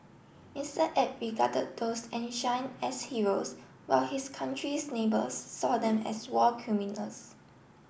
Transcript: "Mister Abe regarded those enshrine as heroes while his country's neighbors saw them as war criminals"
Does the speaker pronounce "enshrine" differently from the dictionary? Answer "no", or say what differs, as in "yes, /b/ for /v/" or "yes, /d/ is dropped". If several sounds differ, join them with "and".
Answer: yes, /ɹ/ is dropped